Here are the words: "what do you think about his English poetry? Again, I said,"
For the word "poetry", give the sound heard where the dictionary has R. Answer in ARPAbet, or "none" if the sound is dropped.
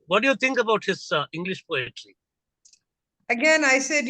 L